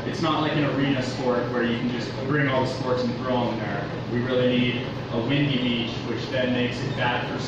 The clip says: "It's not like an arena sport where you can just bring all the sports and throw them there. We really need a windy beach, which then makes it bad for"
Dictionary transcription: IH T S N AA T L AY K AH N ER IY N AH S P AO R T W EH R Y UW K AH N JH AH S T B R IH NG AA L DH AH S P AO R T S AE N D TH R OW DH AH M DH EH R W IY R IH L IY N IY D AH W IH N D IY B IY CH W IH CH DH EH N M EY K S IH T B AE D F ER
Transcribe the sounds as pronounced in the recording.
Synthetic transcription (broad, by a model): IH T S N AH T L AY K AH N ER IY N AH S P AO R T W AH R Y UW K N JH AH S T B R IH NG AA L DH AH S P AO R T S N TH R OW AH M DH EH R W IY R IH L IY N IY D AH W IH N D IY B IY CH W IH CH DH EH N M EY K S IH T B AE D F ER